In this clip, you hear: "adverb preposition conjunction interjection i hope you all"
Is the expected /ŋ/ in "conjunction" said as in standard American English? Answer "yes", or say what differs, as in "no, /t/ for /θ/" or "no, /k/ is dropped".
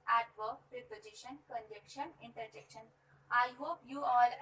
no, /ŋ/ is dropped